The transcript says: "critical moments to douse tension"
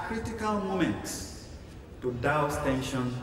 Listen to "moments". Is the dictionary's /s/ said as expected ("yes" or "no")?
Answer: yes